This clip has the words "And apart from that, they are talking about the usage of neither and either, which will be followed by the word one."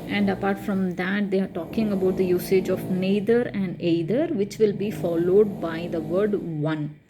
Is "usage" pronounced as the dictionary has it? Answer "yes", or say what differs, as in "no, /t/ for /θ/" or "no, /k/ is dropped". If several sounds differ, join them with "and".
yes